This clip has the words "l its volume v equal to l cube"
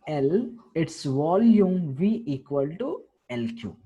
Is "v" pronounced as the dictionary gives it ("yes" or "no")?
yes